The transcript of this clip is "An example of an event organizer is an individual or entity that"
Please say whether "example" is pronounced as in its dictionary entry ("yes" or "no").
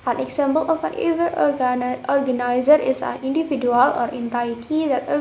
no